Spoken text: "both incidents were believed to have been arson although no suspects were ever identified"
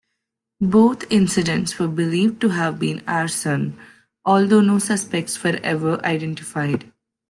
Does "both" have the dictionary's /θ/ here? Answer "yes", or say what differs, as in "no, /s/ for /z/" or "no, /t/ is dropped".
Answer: no, /t/ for /θ/